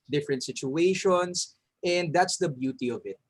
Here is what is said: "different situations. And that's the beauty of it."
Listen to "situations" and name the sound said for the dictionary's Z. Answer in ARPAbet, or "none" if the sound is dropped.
S